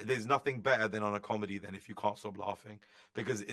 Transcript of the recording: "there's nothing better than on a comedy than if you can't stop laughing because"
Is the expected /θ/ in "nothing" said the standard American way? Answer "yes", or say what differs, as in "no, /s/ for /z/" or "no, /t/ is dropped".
yes